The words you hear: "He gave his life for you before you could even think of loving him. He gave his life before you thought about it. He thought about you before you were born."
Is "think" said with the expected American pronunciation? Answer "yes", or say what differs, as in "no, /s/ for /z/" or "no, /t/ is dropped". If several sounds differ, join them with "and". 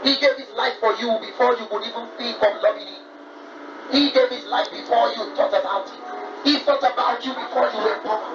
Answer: no, /ŋ/ is dropped